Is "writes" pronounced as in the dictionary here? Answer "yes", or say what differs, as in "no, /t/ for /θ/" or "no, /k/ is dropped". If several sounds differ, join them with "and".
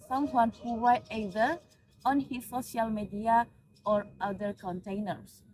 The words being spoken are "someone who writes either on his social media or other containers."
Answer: no, /w/ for /ɹ/